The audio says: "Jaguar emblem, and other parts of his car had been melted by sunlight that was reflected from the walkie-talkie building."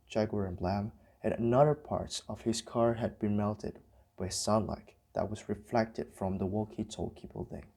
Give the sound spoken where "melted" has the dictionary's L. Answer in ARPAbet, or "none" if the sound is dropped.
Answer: L